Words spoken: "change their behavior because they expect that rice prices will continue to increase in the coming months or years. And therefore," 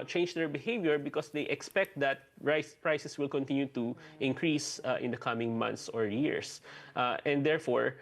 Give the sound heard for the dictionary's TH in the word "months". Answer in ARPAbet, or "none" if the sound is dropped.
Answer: T